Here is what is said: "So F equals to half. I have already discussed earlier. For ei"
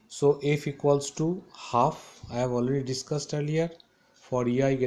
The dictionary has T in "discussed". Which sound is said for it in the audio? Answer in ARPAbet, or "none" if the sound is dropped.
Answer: T